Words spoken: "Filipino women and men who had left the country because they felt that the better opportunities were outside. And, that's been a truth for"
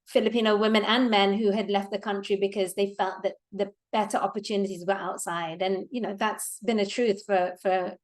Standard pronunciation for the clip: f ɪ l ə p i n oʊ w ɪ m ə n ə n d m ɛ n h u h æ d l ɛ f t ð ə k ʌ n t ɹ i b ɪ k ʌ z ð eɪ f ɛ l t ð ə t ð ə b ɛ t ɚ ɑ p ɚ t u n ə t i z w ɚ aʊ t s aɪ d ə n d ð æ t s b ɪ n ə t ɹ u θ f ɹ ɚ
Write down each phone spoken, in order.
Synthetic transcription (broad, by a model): f ɪ l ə p i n oʊ w ɪ m ə n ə n m ɛ n h u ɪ d l ɛ f t ð ə k ʌ n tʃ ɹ i b ɪ k ʌ z ð eɪ f ɛ l t ð ə t ð ə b ɛ t ɚ ɑ p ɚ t u n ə t i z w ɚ aʊ t s aɪ d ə n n ð æ t s b ɪ n ə t ɹ u θ f ɹ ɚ